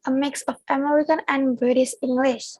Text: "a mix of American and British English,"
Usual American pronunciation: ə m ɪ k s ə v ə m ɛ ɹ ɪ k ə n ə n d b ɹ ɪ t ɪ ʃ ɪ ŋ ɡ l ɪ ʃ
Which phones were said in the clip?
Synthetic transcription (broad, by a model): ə m ɪ k s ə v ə m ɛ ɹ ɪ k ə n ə n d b ʌ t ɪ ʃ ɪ ŋ ɡ l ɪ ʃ